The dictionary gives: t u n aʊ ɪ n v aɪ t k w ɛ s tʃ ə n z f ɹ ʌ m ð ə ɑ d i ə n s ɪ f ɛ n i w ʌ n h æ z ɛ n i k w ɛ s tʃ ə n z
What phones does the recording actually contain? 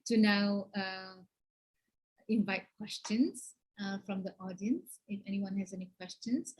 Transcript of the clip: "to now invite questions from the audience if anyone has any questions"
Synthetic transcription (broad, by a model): t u n aʊ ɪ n v aɪ t k w ɛ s tʃ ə n s f ɹ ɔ m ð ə ɑ d i ə n s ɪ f ɛ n i w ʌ n h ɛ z ɛ n i k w ɛ s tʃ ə n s